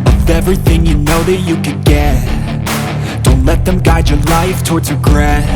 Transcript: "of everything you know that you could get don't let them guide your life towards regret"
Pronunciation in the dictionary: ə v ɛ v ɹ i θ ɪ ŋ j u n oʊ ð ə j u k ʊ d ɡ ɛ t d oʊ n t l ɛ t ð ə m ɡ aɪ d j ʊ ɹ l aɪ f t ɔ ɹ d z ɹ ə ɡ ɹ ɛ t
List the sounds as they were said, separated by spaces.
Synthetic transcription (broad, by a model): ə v ɛ v ɹ i θ ɪ ŋ j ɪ n oʊ ð ə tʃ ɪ k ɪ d ɡ ɛ t d oʊ n t l ɛ t ð ə m ɡ aɪ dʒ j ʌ ɹ l aɪ f t ɔ ɹ d z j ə ɡ ɹ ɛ